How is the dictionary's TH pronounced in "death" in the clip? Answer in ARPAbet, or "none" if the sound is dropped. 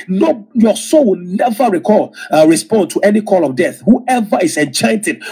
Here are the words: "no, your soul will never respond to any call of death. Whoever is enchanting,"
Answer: TH